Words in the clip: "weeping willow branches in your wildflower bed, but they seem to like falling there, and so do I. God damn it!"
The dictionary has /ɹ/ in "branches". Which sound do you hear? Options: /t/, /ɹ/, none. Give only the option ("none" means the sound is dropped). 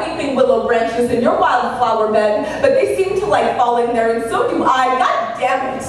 /ɹ/